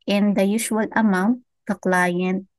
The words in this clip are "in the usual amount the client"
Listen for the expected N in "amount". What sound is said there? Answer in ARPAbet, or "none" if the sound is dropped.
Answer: none